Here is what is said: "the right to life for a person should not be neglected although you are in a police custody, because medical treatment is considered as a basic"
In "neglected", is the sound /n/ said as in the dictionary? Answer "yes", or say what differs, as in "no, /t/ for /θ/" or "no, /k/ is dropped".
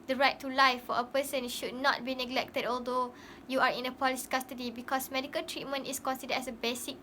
yes